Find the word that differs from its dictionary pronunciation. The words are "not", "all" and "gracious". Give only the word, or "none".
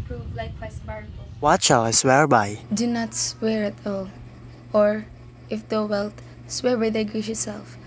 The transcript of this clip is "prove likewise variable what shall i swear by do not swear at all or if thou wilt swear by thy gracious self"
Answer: gracious